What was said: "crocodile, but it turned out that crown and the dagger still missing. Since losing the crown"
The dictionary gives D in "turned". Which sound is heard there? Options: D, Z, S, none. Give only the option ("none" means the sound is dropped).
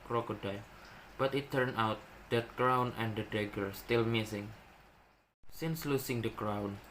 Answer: none